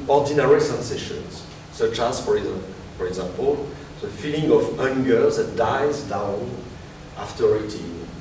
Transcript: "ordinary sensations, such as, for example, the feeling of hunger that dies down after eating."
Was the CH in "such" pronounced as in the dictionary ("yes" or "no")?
yes